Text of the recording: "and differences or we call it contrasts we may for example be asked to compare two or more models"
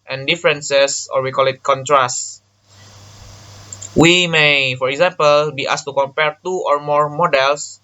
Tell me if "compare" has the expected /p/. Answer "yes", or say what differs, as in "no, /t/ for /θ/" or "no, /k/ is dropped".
yes